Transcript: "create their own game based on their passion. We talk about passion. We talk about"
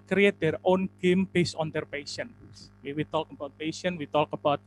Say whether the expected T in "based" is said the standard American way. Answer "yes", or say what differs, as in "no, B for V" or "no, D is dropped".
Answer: no, T is dropped